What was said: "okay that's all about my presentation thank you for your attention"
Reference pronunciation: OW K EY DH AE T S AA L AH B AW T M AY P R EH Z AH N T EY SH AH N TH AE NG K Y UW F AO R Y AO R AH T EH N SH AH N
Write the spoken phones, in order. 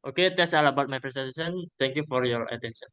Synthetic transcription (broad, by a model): OW K EY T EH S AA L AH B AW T M AY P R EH S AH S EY S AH N T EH NG K Y UW F AO R Y AO R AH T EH N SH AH N